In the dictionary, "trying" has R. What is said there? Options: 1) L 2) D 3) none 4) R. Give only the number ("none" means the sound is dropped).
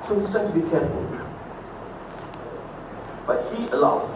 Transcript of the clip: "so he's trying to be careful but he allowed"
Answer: 3